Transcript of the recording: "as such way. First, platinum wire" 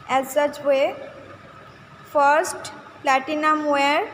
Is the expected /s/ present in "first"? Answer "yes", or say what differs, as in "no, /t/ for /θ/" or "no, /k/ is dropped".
yes